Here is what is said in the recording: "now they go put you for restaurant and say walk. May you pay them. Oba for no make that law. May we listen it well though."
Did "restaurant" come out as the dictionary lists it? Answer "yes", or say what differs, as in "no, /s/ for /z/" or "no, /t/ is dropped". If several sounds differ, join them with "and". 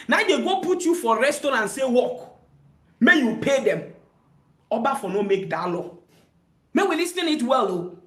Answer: no, /ɹ/ is dropped and /n/ is dropped